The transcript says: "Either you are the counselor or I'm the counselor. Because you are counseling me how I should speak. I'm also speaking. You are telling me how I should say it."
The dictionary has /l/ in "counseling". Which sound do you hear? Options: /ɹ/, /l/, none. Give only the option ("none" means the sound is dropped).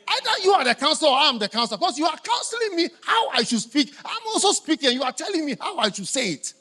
/l/